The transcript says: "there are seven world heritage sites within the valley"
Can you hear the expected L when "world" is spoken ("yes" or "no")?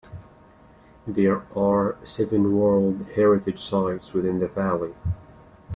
yes